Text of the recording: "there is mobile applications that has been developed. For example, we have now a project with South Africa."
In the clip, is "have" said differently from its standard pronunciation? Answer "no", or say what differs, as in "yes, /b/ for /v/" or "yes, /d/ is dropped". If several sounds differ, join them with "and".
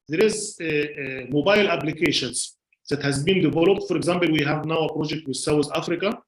no